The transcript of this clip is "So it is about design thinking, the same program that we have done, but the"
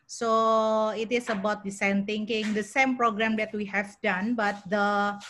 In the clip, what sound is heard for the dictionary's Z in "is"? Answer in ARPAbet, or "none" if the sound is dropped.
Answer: S